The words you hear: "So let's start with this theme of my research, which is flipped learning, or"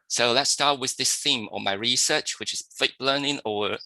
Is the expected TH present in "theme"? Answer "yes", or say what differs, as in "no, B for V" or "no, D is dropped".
yes